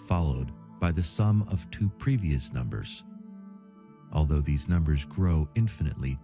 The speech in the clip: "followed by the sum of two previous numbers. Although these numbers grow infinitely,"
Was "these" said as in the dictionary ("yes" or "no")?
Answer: yes